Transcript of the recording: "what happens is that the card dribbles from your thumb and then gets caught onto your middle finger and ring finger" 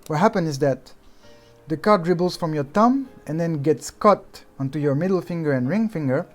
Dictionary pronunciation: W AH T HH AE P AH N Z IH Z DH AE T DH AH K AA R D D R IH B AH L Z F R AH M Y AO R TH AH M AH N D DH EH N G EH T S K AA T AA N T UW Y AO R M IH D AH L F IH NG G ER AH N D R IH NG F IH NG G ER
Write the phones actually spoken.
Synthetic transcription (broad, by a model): W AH T HH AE P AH N IH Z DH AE T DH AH K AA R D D R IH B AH L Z F R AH M Y AO R T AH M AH N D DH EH N G EH T S K AA T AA N T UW Y AO R M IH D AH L F IH NG G ER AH N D R IH NG F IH NG G ER